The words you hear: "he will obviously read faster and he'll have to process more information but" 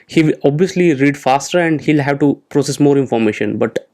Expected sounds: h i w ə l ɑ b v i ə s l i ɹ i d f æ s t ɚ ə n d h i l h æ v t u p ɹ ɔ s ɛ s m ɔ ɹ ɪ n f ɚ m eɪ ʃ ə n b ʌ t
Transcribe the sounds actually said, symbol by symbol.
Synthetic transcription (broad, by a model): h i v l ɑ b v i ə s l i ɹ i d f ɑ s t ɚ ə n d h i l h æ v t u p ɹ ɔ s ɛ s m ɔ ɹ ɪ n f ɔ m eɪ ʃ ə n b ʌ t